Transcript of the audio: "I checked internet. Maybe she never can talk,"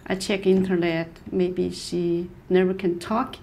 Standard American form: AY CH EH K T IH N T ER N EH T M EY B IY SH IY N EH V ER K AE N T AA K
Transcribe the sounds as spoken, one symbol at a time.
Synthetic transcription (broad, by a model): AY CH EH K IH N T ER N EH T M EY B IY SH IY N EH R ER K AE N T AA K